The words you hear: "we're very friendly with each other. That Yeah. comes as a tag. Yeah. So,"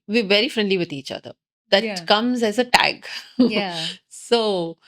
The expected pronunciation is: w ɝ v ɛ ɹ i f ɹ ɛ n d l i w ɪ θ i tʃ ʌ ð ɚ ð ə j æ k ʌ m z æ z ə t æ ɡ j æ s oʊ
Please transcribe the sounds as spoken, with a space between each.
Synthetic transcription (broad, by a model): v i v ɛ ɹ i f ɹ ɛ n d l i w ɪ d i tʃ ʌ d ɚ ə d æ k ʌ m z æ z ə t æ ɡ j s oʊ